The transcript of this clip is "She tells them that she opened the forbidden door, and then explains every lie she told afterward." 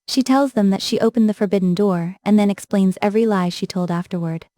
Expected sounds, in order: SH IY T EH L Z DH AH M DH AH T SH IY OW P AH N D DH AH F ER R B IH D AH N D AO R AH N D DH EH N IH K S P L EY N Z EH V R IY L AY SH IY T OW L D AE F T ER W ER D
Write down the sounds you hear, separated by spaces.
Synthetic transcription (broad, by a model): SH IY T EH L Z DH AH M DH AH T SH IY OW P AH N DH AH F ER R B IH D N D AO R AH N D DH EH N IH K S P L EY N Z EH V R IY L AY SH IY T OW L D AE F T ER W ER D